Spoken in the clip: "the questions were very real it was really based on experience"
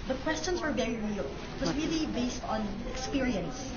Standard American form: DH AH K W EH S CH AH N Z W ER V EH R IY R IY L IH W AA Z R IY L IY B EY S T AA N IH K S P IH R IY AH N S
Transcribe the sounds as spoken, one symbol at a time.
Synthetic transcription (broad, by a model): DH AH K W EH S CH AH N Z W ER V EH R IY R IY L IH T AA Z R IY L IY B EY S T AA N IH K S P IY R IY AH N S